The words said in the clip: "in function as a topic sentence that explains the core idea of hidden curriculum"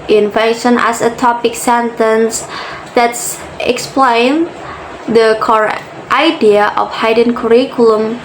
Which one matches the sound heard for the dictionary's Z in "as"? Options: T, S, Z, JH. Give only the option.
S